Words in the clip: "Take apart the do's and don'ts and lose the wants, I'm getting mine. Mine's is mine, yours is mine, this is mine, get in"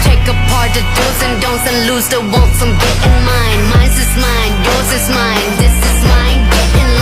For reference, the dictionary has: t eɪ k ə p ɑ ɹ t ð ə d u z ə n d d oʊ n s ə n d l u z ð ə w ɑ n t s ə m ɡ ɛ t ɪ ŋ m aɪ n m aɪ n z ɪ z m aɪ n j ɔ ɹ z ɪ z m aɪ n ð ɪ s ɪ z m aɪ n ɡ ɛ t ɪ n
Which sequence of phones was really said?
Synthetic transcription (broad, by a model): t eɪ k ə p ɑ ɹ t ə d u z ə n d d oʊ n s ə n l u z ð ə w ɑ l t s ə m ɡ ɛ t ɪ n m aɪ n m aɪ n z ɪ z m aɪ n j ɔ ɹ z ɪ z m aɪ n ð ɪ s ɪ z m aɪ n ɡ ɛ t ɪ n